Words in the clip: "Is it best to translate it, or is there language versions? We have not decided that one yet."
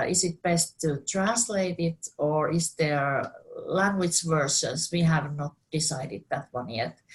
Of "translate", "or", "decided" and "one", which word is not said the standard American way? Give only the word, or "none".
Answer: none